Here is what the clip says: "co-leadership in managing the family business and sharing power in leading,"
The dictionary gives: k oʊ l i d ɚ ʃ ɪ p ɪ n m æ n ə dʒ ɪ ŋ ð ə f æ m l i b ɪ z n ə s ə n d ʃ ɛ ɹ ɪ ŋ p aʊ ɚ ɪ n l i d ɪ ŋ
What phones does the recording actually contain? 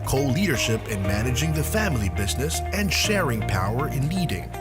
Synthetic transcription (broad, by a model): k oʊ l i d ɚ ʃ ɪ p ɪ n m æ n ə dʒ ɪ ŋ ð ə f æ m l i b ɪ z n ə s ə n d ʃ ɛ ɹ ɪ ŋ p aʊ ɚ ɪ n l i d ɪ ŋ